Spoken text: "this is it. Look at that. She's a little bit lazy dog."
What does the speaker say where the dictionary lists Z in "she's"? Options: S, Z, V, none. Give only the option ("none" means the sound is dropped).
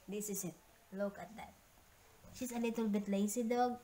S